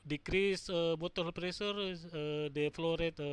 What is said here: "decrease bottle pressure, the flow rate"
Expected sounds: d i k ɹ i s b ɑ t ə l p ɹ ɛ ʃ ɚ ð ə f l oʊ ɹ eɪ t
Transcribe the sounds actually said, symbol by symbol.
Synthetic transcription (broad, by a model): d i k ɹ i s b ɑ t ə l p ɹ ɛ s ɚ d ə f l oʊ ɹ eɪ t